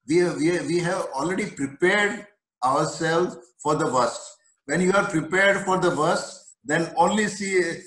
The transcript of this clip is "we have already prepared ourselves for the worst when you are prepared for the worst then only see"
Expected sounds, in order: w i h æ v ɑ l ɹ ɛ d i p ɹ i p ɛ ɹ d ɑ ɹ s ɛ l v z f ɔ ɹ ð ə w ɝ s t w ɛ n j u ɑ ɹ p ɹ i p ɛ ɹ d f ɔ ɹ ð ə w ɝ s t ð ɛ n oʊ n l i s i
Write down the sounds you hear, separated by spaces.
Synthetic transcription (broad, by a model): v i h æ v ɑ l ɹ ɛ d i p ɹ i p ɛ ɹ d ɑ ɹ s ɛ l z f ɔ ɹ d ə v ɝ s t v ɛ n j u ɑ ɹ p ɹ i p ɛ ɹ d f ɔ ɹ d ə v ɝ s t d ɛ n oʊ n l i s i